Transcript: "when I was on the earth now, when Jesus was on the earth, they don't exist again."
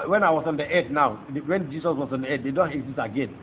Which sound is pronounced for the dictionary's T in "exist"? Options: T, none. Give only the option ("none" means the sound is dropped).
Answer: none